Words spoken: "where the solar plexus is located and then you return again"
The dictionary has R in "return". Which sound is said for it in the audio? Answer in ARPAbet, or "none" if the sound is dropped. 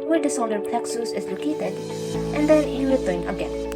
W